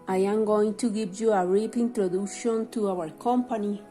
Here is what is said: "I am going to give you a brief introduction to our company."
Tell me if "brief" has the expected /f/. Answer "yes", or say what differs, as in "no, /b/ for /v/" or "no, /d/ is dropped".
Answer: no, /p/ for /f/